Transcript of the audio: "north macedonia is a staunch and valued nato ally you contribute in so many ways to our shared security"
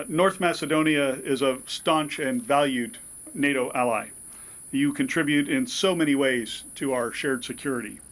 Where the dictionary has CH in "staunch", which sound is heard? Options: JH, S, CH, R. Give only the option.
CH